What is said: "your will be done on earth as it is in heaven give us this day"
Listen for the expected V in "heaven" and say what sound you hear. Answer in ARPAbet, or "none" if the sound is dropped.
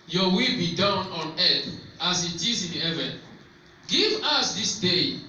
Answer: V